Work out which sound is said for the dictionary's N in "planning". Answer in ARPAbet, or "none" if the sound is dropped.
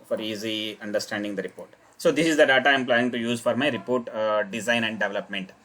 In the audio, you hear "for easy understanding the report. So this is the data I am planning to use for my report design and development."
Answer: none